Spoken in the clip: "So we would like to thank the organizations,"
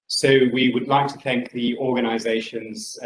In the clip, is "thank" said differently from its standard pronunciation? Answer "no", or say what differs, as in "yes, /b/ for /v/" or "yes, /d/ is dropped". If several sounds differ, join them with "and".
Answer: no